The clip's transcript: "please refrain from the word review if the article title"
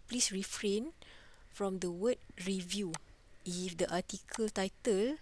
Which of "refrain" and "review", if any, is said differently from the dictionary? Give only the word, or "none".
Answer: none